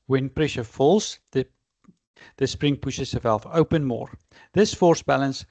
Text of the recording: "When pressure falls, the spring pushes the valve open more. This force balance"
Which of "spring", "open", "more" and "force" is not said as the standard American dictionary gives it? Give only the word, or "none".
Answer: none